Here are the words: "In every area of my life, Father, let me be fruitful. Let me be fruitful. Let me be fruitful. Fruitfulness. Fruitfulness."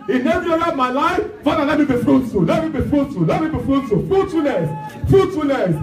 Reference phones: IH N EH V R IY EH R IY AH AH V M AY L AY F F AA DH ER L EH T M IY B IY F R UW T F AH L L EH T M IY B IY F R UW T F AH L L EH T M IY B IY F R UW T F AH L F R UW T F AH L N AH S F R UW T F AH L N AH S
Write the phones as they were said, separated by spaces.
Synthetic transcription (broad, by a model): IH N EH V IY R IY M AY L AY F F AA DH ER L EH T M IY B IY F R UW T AH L L EH T M IY B IY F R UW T AH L L EH T M IY B IY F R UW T AH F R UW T AH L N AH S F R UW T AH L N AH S